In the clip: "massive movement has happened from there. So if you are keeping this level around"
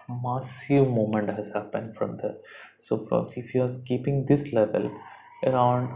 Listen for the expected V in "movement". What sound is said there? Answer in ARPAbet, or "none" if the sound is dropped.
none